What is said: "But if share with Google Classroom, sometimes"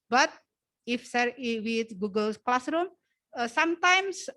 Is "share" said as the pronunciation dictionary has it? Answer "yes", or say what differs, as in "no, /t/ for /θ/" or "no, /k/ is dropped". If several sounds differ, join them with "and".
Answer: no, /s/ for /ʃ/